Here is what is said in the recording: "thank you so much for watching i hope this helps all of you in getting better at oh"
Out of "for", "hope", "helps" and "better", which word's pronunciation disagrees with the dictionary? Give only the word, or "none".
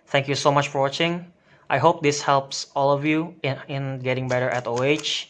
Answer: none